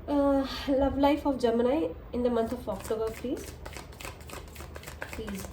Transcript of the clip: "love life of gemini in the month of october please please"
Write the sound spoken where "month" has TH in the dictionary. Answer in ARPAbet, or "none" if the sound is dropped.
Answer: T